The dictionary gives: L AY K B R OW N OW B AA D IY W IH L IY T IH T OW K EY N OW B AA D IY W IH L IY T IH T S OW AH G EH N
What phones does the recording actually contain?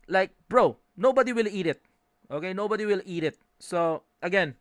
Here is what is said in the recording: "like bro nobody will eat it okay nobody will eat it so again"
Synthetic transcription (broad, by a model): L AY K B R OW N OW B AA D IY W IH L IY T IH T OW K EY N OW B AA D IY W IH L IY T IH T S OW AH G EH N